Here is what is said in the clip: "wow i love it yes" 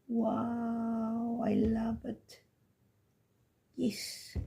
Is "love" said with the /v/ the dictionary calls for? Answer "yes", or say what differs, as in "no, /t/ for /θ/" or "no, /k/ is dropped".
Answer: no, /b/ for /v/